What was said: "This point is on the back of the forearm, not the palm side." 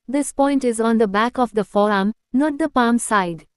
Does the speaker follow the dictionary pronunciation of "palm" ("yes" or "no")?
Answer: yes